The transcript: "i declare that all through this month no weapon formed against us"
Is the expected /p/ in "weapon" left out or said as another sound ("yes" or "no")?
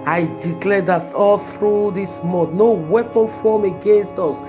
no